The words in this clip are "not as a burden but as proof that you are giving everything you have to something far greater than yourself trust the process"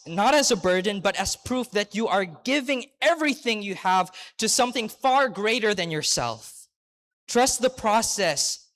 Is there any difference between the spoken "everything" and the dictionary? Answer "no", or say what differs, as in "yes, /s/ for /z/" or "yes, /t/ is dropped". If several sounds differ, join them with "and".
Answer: no